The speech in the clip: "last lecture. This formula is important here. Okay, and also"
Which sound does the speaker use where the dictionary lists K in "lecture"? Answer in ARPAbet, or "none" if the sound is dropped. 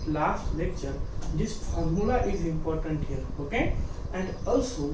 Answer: K